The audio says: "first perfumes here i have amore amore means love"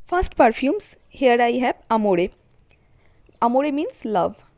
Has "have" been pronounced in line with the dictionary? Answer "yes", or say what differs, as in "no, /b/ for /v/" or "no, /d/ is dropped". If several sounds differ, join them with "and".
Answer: no, /b/ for /v/